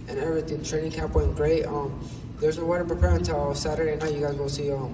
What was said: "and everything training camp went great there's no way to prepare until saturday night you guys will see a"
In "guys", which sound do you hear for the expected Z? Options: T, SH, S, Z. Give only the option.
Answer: Z